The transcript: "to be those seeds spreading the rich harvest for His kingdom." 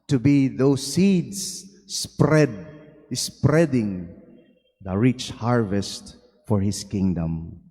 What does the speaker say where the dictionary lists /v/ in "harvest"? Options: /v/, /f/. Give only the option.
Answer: /v/